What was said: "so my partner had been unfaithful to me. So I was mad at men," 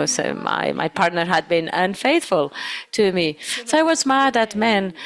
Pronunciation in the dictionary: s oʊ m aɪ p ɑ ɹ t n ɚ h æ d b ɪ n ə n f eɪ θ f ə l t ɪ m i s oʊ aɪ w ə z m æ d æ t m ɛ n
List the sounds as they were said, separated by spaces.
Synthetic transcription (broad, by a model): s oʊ m aɪ p ɑ ɹ t n ɚ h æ d b ɪ n ə n f eɪ θ f ə l t ɪ m i s oʊ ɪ w ə z m æ d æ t m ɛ n